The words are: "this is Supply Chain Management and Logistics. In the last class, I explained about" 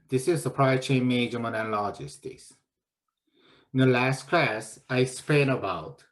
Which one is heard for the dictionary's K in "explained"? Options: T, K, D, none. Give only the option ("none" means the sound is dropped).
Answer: none